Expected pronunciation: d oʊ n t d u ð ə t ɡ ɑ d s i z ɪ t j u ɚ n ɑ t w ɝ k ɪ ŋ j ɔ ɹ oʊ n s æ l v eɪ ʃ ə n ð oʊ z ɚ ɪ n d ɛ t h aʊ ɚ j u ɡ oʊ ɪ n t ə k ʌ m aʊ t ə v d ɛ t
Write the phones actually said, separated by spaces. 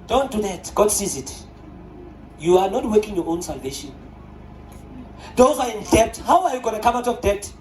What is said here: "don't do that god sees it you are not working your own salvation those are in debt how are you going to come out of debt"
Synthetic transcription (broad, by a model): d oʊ n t d u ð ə t ɡ ɑ d s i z ɪ t j u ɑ n ɑ t w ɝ k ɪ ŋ j ɔ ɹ oʊ n s æ l v eɪ ʃ ə n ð oʊ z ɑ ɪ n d ɛ t h aʊ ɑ j u ɡ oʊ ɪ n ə k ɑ m aʊ t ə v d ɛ t